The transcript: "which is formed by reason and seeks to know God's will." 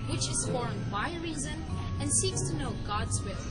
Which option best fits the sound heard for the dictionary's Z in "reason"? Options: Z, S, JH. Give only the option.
Z